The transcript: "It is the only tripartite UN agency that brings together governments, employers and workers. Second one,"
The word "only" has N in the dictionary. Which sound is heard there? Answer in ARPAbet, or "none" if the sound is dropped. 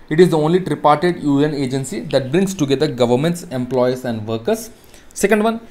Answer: N